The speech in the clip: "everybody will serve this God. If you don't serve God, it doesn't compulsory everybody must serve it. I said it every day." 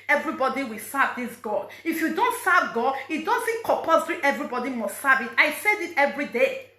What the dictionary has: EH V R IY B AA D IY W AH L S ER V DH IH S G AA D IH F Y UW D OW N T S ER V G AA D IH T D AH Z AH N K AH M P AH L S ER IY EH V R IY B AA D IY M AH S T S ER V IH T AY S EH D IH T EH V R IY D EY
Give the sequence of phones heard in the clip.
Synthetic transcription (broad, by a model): EH V R IY B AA D IY W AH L S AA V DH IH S G AA D IH F Y UW D OW N T S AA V G AA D IH T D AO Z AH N K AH P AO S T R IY EH V R IY B AA D IY M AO S T S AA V IH T AY S EH D IH T EH V R IY D EY